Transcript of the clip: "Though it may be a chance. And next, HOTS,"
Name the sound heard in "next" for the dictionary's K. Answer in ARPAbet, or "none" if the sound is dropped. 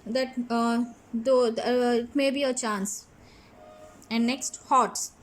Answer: K